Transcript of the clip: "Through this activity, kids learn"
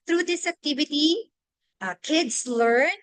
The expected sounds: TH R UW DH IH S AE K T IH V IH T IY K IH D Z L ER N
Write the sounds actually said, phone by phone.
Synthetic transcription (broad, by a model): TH R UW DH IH S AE K T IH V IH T IY K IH D S L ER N